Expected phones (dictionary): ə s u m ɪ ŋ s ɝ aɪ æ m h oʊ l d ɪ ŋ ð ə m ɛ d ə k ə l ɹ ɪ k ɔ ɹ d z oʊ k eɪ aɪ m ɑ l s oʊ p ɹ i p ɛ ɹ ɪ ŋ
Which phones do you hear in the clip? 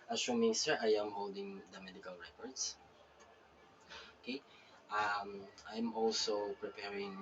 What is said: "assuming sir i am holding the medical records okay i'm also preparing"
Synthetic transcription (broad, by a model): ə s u m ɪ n s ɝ aɪ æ m h oʊ l d ɪ ŋ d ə m ɛ d ə k ə l ɹ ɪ k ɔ ɹ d s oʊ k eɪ aɪ m ɑ l s oʊ p ɹ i p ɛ ɹ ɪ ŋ